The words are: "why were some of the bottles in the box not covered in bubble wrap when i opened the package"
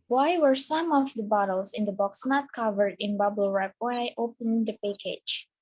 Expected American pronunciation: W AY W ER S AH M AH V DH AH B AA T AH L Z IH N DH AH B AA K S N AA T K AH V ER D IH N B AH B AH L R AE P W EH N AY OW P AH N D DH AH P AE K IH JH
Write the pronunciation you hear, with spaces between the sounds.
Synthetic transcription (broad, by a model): W AY W ER S AH M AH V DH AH B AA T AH L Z IH N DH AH B AA K S N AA T K AH V ER D IH N B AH B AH L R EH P W EH N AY OW P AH N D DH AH P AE K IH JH